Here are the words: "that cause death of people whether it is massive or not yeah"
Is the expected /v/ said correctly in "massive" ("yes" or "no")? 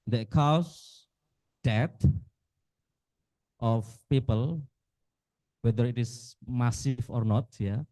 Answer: no